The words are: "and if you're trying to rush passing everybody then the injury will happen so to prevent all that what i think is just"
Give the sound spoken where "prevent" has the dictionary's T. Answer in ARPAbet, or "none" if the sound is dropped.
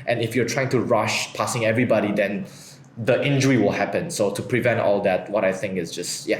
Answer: T